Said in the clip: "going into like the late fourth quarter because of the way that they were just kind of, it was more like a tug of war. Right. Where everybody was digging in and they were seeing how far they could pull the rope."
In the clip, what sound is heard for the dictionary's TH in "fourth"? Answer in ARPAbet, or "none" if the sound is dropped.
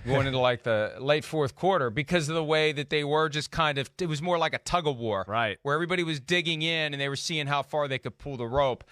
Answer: TH